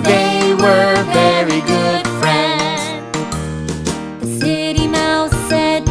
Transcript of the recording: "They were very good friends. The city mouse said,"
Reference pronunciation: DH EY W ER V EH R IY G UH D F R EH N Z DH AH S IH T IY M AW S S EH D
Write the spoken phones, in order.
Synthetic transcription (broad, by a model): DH EY W ER V EH R IY G UH D F R EH N Z DH AH S IH T IY M AW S S EH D